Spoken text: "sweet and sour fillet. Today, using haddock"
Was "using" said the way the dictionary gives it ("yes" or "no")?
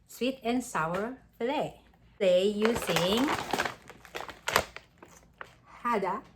no